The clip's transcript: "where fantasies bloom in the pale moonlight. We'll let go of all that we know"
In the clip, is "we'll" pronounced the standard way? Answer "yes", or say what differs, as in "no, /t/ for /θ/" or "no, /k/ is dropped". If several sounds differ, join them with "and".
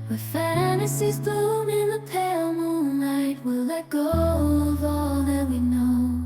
yes